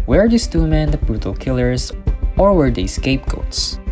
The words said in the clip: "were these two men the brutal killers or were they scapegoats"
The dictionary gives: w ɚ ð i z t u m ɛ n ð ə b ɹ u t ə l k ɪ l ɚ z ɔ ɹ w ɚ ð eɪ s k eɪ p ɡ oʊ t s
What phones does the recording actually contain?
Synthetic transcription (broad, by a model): w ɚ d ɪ s t u m ɛ n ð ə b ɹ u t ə l k ɪ l ɚ z ɔ ɹ w ɚ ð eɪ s k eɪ p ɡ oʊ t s